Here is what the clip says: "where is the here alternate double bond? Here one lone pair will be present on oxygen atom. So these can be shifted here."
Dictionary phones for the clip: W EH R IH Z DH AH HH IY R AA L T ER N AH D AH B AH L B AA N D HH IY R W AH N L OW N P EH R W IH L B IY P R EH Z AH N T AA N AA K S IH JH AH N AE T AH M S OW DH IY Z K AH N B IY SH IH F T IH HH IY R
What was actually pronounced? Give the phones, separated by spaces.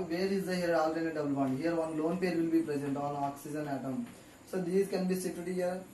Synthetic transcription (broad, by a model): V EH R IH Z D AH HH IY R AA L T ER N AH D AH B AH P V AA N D HH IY R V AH N L OW N P EH R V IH L B IY P R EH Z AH N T AA N AA K S IH JH AH N AE T AH M S OW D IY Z K AH N B IY S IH T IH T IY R